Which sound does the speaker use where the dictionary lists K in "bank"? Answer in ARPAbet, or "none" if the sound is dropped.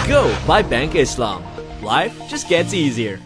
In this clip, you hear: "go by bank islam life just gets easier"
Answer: K